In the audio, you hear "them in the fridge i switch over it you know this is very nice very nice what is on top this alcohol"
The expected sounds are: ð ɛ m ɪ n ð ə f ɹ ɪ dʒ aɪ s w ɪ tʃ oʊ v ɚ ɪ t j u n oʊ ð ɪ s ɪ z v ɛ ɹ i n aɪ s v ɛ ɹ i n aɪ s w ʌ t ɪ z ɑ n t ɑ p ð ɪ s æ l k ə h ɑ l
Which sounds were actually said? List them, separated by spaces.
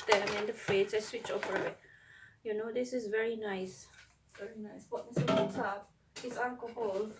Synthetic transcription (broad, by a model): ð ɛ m ɪ n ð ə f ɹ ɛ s aɪ s w ɪ tʃ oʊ p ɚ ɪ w j u n oʊ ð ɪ s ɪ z v ɛ ɹ i n aɪ s v ɛ ɹ i n aɪ s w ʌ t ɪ s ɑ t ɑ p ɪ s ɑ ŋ k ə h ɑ l